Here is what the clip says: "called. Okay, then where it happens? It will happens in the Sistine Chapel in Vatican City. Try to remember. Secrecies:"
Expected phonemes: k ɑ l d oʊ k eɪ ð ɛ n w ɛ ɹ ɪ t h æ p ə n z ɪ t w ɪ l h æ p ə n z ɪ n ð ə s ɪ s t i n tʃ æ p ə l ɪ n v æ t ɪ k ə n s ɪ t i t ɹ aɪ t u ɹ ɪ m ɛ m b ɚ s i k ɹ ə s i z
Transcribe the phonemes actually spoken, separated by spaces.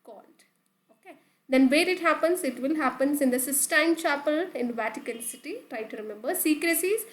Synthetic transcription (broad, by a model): k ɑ l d oʊ k eɪ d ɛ n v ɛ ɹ ɪ t h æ p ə n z ɪ t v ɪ l h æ p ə n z ɪ n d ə s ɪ s t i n tʃ æ p ə l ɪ n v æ t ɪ k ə l s ɪ t i t ɹ aɪ t u ɹ ɪ m ɛ m b ɚ s i k ɹ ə s i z